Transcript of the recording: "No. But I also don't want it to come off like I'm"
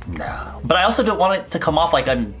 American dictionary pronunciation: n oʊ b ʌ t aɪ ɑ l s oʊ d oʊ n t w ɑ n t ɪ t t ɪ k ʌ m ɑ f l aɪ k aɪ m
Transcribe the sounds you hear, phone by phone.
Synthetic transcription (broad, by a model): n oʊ b ʌ t aɪ ɑ l s oʊ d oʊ n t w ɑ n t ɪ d t ɪ k ʌ m ɑ f l aɪ k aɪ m